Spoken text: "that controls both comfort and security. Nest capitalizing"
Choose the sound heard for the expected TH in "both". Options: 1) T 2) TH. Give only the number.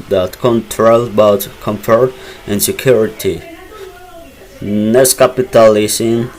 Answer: 1